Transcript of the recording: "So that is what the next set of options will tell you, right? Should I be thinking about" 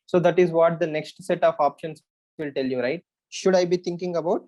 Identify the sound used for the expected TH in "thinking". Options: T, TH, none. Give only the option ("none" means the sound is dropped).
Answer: T